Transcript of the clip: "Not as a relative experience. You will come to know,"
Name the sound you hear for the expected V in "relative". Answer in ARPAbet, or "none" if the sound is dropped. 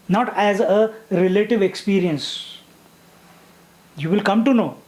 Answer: V